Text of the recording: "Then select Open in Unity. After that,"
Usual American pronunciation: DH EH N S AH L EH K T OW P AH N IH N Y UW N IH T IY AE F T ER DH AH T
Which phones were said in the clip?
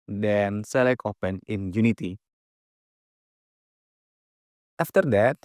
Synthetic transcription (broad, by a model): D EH N S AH L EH K OW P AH N IH N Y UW N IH T IY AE F T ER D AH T